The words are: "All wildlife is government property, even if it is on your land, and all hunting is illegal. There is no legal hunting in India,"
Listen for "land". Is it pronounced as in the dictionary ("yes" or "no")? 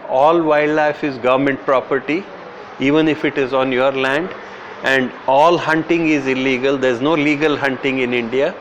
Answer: yes